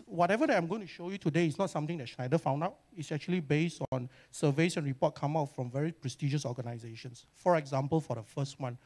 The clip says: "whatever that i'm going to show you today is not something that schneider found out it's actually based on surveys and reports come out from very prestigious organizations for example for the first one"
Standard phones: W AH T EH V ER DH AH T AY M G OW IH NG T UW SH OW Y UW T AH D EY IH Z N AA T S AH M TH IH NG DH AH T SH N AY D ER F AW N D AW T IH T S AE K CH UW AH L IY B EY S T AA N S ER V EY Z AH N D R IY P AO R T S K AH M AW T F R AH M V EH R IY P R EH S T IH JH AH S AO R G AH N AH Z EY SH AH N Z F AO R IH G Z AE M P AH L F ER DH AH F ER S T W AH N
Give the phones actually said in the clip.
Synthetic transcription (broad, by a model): W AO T EH V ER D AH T AY M G OW IH NG T UW SH OW Y UW T AH D EY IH S N AA T S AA M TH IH NG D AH T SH N AY D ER F AW N D AW T IH T S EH K CH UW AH L IY B EY S T AA N S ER V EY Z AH N R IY P AO T K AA M AW T F R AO M V EH R IY P R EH S T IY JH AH S AO G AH N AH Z EY SH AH N S F AO R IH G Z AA M P AH L F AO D AH F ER S T W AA N